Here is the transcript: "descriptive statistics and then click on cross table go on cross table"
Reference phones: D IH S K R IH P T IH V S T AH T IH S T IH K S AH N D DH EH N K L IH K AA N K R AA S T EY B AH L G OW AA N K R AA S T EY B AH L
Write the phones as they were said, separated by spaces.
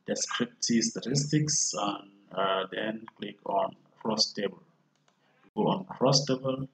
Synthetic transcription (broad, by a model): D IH S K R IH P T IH S T AH T IH S T IH K S AH N D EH N K L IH K AA N K R AA S T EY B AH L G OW AA N K R AA S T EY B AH L